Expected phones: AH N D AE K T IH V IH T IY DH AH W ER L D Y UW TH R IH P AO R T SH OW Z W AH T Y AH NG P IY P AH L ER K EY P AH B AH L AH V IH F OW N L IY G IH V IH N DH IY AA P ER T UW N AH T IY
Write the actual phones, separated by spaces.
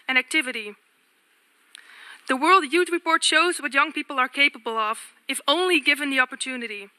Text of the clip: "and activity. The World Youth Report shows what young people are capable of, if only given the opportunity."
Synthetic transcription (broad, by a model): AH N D AE K T IH V IH T IY DH AH W ER L D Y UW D R IH P AO R T SH OW Z W AH T Y AH NG P IY P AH L ER K EY P AH B AH L AH V IH F OW N L IY G IH V IH N DH IY AA P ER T UW N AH T IY